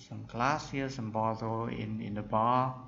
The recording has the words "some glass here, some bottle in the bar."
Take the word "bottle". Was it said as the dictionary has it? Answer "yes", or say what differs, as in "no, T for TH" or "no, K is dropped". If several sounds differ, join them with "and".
no, N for L